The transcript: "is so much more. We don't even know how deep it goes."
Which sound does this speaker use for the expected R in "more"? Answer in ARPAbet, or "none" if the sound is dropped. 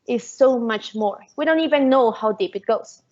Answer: R